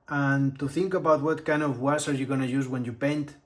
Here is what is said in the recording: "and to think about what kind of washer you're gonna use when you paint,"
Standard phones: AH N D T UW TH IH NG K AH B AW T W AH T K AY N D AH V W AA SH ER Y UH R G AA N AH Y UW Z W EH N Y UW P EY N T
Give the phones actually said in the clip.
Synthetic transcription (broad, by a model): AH N T UW TH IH NG K AH B AW T W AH T K AY N D AH V W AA S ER Y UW G AA N AH Y UW Z W EH N Y UW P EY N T